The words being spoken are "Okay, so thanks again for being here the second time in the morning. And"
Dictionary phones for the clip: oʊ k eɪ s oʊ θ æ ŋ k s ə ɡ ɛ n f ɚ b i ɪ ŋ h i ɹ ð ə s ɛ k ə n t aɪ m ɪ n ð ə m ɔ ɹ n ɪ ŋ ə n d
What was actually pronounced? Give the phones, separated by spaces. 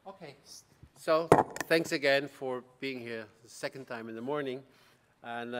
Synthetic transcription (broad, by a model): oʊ k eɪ s oʊ θ æ ŋ k s ə ɡ ɛ n f ɚ b i ɪ ŋ h i ɹ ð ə s ɛ k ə n t aɪ m ɪ n ð ə m ɔ ɹ n ɪ ŋ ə n